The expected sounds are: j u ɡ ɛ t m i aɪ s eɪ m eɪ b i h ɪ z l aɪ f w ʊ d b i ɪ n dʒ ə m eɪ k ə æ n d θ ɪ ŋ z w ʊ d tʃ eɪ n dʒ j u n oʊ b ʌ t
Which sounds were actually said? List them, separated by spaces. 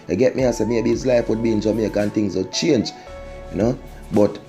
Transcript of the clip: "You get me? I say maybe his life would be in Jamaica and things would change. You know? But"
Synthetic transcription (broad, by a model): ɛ ɡ ɛ t m i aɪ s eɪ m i i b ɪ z l aɪ f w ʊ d b i ɪ n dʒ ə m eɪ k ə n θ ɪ ŋ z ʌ tʃ eɪ n dʒ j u n oʊ b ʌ t